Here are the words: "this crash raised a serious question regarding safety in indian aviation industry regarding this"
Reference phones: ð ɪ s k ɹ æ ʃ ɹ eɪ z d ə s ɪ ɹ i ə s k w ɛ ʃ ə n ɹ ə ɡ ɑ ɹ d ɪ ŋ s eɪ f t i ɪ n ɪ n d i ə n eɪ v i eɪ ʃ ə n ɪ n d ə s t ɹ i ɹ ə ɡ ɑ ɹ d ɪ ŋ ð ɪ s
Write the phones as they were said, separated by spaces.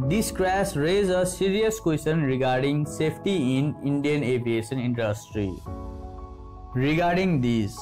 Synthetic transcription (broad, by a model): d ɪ s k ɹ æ s ɹ eɪ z ə s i ɹ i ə s k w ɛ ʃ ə n ɹ ə ɡ ɑ ɹ d ɪ ŋ s eɪ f t i ɪ n ɪ n d i ə n eɪ v i eɪ ʃ ə n ɪ n d ə s t ɹ i ɹ ə ɡ ɑ ɹ d ɪ ŋ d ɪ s